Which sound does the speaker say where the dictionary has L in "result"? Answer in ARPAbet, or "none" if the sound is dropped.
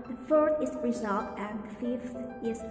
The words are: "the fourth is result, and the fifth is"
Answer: L